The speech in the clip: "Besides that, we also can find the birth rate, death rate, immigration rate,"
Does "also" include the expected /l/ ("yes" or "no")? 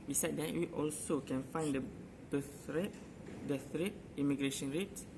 yes